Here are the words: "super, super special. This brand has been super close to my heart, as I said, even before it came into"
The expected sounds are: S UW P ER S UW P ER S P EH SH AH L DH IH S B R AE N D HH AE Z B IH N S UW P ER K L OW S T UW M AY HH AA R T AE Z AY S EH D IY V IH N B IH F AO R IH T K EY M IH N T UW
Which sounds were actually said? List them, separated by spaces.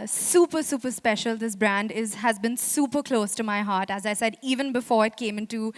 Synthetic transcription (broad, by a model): S UW P ER S UW P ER S P EH SH AH L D IH S B R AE N D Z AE Z B IH N S UW P ER K L OW S T UW M AY HH AA R T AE Z AY S EH D IY V IH N B IH F AO R IH T K EY M IH N T UW